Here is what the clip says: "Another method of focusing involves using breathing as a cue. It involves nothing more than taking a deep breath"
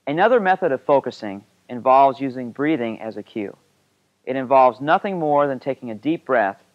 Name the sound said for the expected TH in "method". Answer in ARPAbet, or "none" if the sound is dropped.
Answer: TH